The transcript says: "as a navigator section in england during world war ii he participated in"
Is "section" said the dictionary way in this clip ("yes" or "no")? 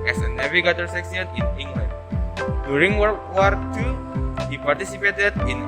no